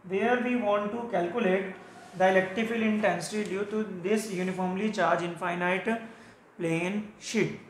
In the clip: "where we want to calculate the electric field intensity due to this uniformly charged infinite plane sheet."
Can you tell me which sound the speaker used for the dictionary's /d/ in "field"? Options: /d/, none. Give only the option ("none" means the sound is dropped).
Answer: none